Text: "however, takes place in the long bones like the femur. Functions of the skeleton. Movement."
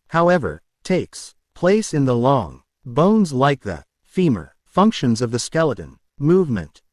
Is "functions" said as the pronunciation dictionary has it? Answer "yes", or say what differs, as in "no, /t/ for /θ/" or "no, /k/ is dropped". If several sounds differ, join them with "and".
yes